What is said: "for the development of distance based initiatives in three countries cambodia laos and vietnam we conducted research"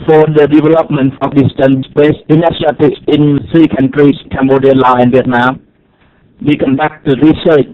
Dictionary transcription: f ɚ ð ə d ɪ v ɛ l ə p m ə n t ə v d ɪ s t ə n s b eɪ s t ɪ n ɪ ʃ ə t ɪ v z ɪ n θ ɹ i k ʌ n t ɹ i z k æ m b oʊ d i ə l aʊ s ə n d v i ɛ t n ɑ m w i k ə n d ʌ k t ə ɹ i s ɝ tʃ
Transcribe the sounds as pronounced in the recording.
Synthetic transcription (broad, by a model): f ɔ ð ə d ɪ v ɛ l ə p m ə n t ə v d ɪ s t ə n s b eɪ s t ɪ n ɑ s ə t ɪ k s ɪ n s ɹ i k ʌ n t ɹ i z k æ m b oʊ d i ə l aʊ ə n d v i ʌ t n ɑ m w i k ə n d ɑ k t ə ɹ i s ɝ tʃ